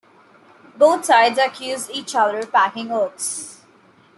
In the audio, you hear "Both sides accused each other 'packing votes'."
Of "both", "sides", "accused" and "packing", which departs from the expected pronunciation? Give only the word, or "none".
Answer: both